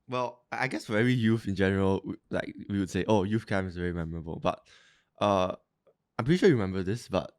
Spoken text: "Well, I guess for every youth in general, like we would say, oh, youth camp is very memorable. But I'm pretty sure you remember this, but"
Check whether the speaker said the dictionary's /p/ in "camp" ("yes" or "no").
no